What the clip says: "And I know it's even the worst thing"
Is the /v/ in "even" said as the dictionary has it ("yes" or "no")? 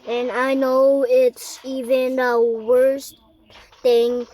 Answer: yes